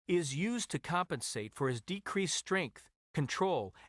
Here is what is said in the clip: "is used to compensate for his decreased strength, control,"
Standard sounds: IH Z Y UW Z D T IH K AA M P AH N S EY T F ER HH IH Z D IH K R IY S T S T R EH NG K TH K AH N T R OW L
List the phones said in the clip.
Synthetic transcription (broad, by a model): IH Z Y UW Z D T IH K AA M P AH N S EY T F ER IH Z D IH K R IY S S T R EH NG K TH K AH N T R OW L